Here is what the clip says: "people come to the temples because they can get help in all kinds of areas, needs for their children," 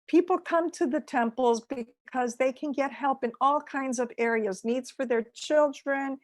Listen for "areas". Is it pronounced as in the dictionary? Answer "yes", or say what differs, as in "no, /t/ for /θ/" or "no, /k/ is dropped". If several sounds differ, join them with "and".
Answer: yes